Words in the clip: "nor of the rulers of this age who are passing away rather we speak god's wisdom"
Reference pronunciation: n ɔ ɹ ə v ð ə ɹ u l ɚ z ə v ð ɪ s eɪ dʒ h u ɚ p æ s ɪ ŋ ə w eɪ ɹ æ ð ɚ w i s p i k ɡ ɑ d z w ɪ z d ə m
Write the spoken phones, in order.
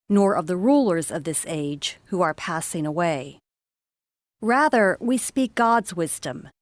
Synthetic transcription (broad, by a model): n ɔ ɹ ə v ð ə ɹ u l ɚ z ə v ð ɪ s eɪ dʒ h u ɚ p æ s ɪ ŋ ə w eɪ ɹ æ ð ɚ w i s p i k ɡ ɑ d z w ɪ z d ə m